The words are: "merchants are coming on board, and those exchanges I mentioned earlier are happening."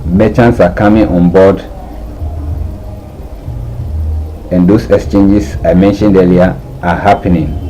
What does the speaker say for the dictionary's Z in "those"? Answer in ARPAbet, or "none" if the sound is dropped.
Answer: S